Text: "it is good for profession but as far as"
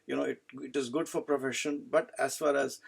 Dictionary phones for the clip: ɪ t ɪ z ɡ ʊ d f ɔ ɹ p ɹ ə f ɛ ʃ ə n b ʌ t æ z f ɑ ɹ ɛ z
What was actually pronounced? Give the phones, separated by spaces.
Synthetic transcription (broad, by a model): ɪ t ɪ z ɡ ʊ d f ɔ ɹ p ɹ ə f ɛ ʃ ə n b ʌ t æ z f ɑ ɹ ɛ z